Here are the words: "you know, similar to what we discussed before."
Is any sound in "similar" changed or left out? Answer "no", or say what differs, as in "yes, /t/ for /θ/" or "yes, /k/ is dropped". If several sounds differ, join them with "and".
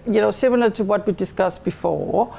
yes, /n/ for /l/